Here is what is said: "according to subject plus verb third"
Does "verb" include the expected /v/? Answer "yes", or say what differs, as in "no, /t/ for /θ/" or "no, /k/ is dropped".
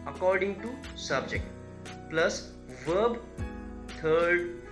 yes